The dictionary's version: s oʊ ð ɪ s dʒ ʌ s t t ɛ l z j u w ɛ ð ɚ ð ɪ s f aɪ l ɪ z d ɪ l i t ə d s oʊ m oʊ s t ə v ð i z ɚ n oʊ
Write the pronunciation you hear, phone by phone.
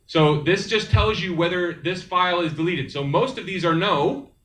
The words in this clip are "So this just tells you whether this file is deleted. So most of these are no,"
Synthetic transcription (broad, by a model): s oʊ ð ɪ s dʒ ʌ s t t ɛ l z j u w ɛ ð ɚ ð ɪ s f aɪ l ɪ z d ɪ l i t ə d s oʊ m oʊ s t ə v ð i z ɚ n oʊ